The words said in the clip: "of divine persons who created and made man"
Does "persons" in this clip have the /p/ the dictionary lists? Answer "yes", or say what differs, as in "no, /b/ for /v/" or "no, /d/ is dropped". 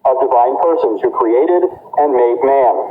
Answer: yes